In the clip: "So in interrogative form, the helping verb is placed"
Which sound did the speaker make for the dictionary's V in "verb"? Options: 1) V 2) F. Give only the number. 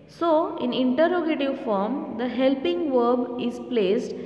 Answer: 1